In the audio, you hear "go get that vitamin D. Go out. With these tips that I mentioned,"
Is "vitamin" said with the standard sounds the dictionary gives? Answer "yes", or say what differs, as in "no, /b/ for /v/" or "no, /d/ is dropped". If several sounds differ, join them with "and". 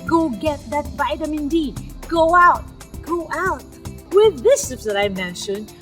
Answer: no, /b/ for /v/